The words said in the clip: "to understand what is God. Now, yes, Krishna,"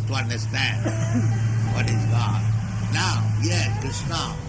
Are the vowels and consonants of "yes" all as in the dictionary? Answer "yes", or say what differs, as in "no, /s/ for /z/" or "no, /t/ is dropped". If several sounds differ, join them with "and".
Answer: no, /s/ is dropped